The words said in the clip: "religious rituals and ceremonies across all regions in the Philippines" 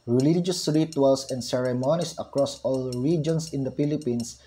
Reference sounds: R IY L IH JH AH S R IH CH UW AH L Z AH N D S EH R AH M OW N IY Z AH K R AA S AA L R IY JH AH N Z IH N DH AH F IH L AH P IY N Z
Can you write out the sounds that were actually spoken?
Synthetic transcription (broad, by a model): R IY L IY JH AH S R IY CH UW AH L S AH N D S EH R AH M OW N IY S AH K R AA S AA L R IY JH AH N S IH N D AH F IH L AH P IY N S